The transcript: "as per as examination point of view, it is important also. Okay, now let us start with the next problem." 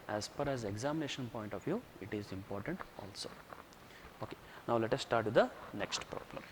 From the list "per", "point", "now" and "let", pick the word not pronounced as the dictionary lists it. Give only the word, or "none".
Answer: per